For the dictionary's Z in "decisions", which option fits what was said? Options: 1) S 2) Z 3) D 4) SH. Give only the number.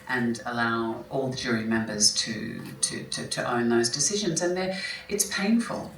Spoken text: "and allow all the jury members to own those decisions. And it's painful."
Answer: 2